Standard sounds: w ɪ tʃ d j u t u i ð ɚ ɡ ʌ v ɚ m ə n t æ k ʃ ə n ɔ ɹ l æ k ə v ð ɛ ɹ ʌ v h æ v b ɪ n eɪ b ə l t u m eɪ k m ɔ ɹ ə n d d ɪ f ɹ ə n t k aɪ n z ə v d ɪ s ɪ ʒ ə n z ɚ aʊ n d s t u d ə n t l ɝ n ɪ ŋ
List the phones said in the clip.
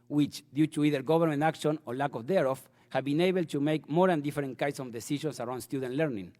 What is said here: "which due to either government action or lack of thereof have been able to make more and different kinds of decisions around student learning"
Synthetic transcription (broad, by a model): w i tʃ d j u t u i ð ɚ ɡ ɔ b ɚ m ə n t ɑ k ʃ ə n ɔ ɹ l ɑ k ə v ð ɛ ɹ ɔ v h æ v b ɪ n eɪ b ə l t u m eɪ k m ɔ ɹ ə n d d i f ɹ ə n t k aɪ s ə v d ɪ s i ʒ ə n s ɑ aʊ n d s t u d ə n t l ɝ n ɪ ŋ